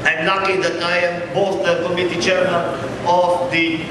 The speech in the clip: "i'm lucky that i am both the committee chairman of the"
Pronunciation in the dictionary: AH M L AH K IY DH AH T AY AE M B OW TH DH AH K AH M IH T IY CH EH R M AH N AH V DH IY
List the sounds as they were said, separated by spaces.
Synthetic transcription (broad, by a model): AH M N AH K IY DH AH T AY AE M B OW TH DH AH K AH M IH T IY CH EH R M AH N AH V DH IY